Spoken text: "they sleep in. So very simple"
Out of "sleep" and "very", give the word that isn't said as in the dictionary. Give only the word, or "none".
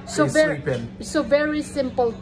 sleep